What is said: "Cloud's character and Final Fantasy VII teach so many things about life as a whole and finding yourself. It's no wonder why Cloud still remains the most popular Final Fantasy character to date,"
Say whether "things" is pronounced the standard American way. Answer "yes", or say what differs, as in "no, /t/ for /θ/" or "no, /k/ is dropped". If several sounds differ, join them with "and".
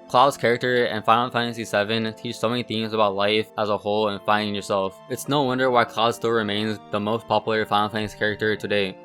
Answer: yes